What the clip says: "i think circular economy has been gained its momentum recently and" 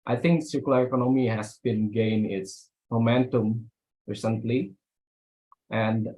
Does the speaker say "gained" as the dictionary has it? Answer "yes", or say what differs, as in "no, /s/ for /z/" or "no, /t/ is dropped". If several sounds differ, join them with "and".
no, /d/ is dropped